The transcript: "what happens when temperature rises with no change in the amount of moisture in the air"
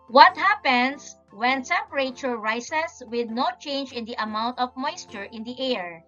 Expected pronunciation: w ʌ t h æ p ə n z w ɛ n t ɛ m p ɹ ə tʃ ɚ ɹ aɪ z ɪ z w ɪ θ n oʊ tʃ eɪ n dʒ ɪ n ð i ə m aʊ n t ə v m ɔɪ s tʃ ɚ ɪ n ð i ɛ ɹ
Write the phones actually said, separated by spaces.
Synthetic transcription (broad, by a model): w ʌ t h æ p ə n s w ɛ n s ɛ p ɹ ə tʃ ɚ ɹ aɪ s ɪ s w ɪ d n oʊ tʃ eɪ n dʒ ɪ n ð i ə m aʊ n t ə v m ɔɪ s tʃ ɚ ɪ n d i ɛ ɹ